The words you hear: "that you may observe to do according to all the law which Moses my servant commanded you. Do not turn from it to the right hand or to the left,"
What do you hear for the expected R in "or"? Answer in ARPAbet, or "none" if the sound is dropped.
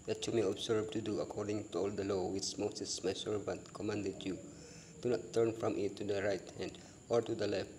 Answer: R